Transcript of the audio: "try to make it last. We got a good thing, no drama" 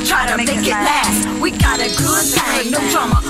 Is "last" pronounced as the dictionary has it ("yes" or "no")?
no